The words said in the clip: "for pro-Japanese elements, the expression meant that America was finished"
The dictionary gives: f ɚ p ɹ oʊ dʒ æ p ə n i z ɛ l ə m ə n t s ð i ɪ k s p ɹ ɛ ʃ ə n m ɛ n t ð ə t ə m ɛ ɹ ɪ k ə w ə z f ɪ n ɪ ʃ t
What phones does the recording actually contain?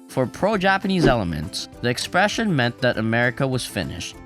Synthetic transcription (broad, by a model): f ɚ p ɹ oʊ dʒ æ p ə n i z ɛ l ə m ə n t s ð i ɪ k s p ɹ ɛ ʃ ə n m ɛ n ð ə t ə m ɛ ɹ ɪ k ə w ə z f ɪ n ɪ ʃ t